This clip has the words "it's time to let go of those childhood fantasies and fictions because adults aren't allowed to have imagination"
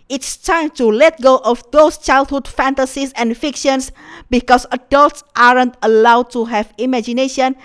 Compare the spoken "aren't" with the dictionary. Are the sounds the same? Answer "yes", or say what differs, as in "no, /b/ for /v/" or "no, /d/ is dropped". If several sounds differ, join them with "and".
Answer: yes